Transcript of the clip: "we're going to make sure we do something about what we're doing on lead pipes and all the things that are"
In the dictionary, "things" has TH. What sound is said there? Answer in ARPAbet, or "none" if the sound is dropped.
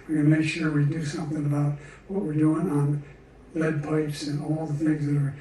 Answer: TH